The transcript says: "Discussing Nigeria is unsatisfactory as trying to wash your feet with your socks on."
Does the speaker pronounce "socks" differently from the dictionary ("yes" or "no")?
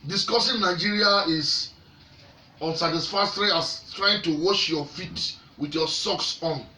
no